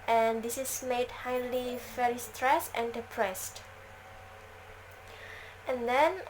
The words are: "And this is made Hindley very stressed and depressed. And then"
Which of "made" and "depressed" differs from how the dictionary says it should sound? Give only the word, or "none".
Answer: none